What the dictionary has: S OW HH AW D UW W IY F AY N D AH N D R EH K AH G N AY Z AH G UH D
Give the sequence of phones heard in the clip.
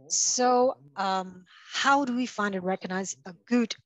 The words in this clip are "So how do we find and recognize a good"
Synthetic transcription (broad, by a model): S OW HH AW D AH W IY F AY N D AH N R EH K AH G N AY Z AH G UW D